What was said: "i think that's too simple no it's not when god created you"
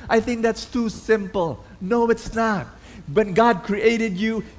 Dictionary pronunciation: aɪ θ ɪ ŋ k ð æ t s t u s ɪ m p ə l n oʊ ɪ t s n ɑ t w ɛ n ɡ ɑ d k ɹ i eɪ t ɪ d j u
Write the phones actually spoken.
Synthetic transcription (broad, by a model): aɪ θ ɪ ŋ k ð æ t s t u s ɪ m p ə l n oʊ ɪ t s n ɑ t w ɛ n ɡ ɑ d k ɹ i eɪ t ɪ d j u